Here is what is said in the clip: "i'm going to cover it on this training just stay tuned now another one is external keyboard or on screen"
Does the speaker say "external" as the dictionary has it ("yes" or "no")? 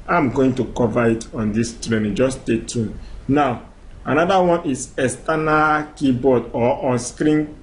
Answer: no